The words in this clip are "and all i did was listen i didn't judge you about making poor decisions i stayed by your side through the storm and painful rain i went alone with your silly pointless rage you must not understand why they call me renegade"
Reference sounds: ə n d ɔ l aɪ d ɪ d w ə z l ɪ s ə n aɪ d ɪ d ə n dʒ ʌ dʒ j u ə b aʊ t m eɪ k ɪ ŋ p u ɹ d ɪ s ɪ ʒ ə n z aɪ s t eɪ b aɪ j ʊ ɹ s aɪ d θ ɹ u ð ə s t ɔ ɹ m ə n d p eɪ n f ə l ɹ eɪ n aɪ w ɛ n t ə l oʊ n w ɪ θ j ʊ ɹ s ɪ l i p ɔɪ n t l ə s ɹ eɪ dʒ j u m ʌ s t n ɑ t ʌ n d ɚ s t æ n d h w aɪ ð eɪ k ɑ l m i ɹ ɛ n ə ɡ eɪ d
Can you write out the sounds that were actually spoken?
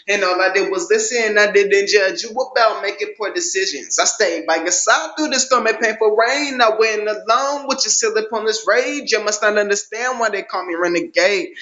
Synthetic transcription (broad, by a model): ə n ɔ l aɪ d ɪ d w ə z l ɪ s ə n aɪ d ɪ d ə n dʒ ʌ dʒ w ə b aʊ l m eɪ k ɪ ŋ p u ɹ d ɪ s ɪ ʒ ə n z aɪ s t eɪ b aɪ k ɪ s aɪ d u ð ə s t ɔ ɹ m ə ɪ p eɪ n f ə ɹ eɪ n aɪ w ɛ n ə l oʊ n w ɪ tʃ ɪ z s ɪ l i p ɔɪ n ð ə s ɹ eɪ dʒ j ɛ m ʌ s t n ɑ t ʌ n d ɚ s t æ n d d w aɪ ð eɪ k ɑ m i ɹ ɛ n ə ɡ eɪ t